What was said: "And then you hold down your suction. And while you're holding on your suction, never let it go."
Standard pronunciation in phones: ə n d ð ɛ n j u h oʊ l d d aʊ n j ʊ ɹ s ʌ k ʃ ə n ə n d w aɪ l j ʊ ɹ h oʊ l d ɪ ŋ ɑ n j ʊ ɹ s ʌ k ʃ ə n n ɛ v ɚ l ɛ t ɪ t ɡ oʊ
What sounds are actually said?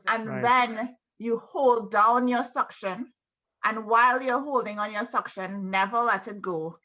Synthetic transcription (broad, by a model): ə n ð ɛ n j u h oʊ l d d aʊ n j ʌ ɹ s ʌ k ʃ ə n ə n w aɪ l j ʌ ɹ h oʊ l d ɪ ŋ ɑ n j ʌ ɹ s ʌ k ʃ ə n n ɛ v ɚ l ɛ t ɪ t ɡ oʊ